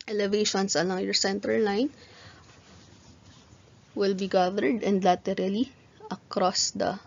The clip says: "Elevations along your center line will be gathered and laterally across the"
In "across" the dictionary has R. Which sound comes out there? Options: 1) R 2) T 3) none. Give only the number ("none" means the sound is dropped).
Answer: 1